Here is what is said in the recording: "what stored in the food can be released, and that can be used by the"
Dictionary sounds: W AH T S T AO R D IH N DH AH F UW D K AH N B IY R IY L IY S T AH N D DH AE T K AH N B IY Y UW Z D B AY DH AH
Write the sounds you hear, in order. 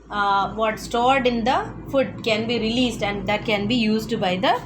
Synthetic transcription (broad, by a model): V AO T S T AO R D IH N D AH F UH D K AH N B IY R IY L IY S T AH N D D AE T K AH N B IY Y UW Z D B AY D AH